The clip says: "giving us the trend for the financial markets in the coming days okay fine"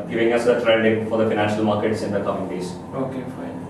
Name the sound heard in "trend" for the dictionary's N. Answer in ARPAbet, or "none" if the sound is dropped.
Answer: L